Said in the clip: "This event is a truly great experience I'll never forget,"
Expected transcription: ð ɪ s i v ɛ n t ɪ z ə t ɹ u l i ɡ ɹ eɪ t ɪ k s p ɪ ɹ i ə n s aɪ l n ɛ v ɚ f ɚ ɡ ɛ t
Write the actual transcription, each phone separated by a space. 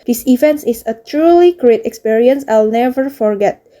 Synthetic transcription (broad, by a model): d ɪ s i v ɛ n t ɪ s ə t ɹ u l i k ɹ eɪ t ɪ k s p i ɹ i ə n s aɪ l n ɛ v ɚ f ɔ ɡ ɛ t